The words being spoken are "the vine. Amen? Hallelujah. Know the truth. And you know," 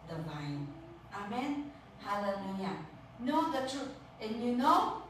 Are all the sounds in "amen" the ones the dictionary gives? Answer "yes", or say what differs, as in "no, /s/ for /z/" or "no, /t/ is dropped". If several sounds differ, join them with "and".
yes